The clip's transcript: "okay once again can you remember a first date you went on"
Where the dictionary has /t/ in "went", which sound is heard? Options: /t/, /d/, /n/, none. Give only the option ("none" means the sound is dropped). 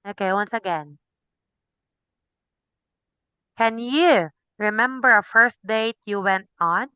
/t/